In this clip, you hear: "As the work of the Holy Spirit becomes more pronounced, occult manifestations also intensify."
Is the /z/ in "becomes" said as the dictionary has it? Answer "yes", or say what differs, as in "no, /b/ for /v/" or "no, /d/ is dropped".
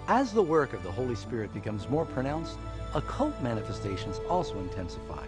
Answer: yes